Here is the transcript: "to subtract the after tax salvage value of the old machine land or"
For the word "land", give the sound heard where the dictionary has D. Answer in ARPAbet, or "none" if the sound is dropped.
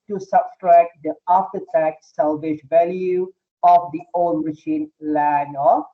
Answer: none